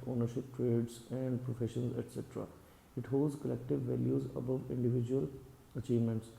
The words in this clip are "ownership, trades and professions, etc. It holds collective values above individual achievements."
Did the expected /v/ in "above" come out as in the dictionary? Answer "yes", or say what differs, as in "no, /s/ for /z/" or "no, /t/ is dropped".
yes